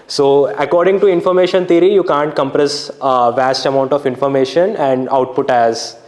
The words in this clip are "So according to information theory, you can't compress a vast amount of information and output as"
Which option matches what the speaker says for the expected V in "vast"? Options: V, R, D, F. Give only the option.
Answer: V